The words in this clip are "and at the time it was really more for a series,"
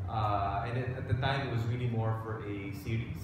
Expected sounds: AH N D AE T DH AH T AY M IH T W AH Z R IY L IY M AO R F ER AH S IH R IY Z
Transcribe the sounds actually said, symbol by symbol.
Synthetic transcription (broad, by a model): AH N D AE T DH AH T AY M IH T W AH Z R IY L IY M AO R F ER AH S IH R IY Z